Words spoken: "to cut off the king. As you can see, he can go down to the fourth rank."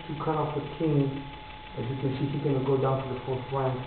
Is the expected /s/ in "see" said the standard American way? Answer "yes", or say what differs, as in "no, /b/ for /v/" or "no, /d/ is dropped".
no, /ʃ/ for /s/